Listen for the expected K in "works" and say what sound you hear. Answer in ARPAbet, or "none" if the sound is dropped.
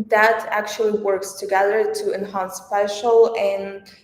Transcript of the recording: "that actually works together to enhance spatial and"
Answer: K